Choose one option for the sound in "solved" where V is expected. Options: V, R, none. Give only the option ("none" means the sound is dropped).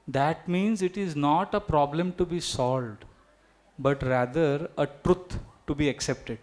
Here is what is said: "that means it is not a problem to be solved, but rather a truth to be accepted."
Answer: V